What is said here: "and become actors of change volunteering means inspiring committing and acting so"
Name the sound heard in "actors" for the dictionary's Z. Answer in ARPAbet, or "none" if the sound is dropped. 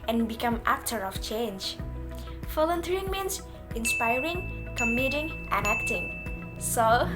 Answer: none